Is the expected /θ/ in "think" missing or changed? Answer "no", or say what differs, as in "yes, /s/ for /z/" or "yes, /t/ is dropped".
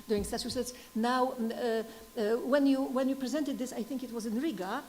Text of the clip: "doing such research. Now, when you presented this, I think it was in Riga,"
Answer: no